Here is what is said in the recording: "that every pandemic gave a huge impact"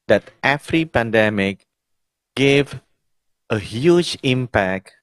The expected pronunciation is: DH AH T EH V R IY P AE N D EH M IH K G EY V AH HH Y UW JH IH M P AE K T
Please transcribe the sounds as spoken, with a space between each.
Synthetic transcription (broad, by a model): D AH T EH F R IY P AE N D EH M IH K G EY V AH HH Y UW JH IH M P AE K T